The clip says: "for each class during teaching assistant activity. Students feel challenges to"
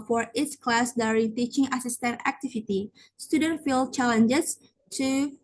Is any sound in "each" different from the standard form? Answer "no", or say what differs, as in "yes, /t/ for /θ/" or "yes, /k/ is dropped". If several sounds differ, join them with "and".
yes, /s/ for /tʃ/